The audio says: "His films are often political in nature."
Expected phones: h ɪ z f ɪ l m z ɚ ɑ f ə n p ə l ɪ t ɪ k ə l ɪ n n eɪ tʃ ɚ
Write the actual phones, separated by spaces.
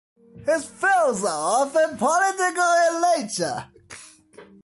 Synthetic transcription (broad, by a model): h ɪ z f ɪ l z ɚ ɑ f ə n p ə l ɪ t ɪ k ə l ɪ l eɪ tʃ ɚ